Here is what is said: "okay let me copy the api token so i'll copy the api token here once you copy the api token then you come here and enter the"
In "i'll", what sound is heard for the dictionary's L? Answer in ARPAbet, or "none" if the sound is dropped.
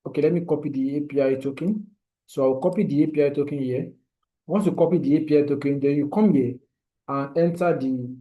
W